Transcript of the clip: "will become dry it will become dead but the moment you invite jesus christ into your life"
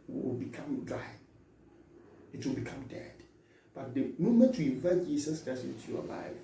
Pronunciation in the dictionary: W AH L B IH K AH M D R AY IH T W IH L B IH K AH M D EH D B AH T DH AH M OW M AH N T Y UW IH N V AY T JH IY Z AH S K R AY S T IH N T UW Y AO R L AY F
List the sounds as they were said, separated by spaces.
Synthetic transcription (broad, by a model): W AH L B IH K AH M D R AY IH T W IH L B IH K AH M D EH D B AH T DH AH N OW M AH T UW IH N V AY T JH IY S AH S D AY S IH N T UW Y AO L AY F